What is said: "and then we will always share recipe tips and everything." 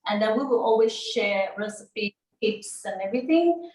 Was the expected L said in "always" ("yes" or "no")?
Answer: yes